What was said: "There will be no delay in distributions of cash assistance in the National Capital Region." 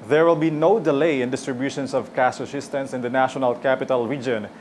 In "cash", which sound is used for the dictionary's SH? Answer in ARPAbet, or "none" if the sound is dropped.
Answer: S